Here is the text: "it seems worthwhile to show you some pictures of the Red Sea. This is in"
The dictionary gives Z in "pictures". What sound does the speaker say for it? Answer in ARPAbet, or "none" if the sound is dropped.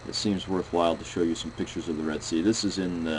Z